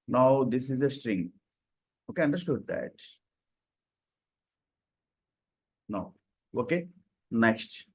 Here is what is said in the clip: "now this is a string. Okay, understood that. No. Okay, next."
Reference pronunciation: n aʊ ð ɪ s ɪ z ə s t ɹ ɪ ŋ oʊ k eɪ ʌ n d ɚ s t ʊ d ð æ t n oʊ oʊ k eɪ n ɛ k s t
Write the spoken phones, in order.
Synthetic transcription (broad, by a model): n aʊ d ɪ s ɪ z ə s t ɹ ɪ ŋ oʊ k eɪ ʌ n d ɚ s t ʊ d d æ t n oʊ oʊ k eɪ n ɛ k s t